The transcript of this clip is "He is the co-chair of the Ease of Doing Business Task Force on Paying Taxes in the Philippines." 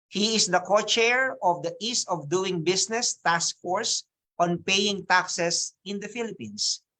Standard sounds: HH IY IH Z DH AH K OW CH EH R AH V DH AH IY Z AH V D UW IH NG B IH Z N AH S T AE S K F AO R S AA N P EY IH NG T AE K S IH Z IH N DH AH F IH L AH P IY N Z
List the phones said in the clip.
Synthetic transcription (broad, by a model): HH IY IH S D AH K OW CH EH R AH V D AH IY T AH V D UW IH NG B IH S N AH S T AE S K F AO R S AA N P EY IH NG T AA K S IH S IH N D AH F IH L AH P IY N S